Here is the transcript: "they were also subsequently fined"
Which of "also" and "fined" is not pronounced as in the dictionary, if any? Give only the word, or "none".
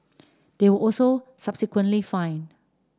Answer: fined